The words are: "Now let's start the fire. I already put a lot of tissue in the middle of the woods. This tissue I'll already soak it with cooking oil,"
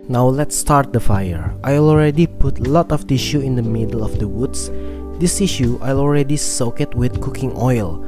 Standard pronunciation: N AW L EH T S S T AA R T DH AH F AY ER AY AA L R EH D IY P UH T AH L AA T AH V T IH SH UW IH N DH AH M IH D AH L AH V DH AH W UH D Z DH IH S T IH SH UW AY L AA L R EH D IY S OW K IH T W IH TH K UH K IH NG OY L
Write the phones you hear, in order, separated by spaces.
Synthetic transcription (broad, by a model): N AW L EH T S S T AA R T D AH F AY ER AY AA L R EH D IY P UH T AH L AA T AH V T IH SH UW IH N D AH M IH D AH L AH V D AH W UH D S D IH S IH SH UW AY L AA L R EH D IY S OW K IH T W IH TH K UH K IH NG OY L